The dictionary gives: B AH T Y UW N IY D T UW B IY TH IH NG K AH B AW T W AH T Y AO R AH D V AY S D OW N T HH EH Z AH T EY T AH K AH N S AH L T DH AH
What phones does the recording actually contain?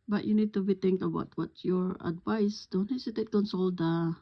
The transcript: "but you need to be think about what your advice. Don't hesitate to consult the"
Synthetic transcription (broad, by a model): B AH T Y UW N IY D T UW B IY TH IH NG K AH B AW T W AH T Y AO R AH D V AY S D OW N T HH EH S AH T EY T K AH N S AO L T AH